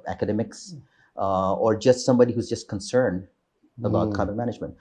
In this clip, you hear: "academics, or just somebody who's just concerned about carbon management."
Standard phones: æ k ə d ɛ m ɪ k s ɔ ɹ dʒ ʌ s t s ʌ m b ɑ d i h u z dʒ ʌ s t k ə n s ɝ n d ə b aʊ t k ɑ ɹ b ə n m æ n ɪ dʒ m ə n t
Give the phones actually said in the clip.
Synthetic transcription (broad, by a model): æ k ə d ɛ m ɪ k s ɔ ɹ dʒ ʌ s t s ʌ m b ɑ d i h u z dʒ ʌ s t k ə n s ɝ n d ə b aʊ t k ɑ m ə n m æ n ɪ dʒ m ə n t